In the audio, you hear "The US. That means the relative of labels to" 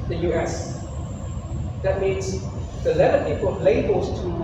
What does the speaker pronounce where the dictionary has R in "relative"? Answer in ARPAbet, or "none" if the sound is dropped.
L